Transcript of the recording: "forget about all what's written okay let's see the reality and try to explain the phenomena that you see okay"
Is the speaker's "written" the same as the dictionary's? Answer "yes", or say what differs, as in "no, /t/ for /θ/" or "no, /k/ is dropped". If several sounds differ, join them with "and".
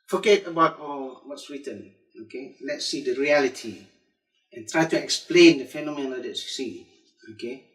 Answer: no, /w/ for /ɹ/